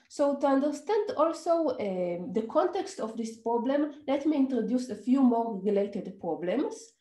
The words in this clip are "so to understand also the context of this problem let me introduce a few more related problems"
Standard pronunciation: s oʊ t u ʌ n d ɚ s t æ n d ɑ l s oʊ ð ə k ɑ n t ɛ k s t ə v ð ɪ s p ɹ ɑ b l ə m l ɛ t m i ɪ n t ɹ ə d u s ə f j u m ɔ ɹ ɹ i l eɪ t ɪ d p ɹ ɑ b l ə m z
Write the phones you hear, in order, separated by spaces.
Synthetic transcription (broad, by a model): s oʊ t u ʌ n d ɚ s t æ n d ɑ l s oʊ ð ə k ɑ n t ɛ k s t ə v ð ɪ s p ɹ ɑ b l ə m l ɛ t m i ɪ n t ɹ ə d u s ə f j u m ɔ ɹ ɹ i l eɪ t ɪ d p ɹ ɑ b l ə m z